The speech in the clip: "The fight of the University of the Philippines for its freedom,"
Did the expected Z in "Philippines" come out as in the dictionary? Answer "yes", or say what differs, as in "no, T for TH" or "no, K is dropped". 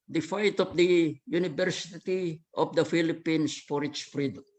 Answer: no, S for Z